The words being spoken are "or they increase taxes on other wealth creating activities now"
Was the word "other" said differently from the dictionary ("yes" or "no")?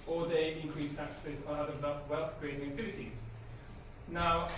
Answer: yes